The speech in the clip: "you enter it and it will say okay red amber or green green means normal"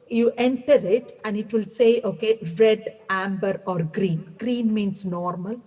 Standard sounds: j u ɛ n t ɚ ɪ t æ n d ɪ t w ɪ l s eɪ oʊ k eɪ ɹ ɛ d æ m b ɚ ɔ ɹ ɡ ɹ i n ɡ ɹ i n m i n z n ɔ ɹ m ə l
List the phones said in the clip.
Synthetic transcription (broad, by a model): j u ɛ n t ɚ ɪ t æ n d ɪ t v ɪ l s eɪ oʊ k eɪ ɹ ɛ d æ m b ɚ ɔ ɹ ɡ ɹ i n ɡ ɹ i n m i n s n ɔ ɹ m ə l